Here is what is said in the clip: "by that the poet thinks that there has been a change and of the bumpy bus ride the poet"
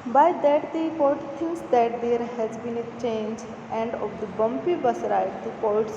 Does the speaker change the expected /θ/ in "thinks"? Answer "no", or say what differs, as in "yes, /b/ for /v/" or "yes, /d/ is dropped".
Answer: yes, /t/ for /θ/